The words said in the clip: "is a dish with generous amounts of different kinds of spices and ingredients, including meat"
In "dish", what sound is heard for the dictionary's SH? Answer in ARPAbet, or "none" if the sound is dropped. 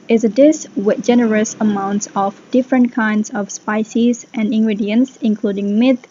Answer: S